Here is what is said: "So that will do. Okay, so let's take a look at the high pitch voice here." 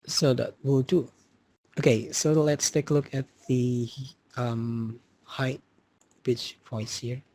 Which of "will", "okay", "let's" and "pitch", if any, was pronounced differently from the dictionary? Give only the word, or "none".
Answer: pitch